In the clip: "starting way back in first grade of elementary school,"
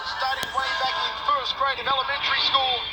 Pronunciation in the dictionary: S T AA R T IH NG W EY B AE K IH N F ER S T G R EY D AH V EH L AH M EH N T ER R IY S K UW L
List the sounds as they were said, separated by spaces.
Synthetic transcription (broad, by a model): S T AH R T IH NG W EY B AE K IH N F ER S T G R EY AH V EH L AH M EH N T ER R IY S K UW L